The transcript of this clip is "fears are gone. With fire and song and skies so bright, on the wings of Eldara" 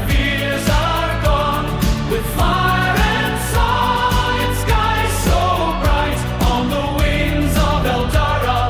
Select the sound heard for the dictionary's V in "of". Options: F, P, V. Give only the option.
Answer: V